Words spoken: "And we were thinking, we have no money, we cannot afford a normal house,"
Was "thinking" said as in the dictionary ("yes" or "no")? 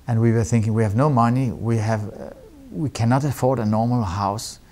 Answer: yes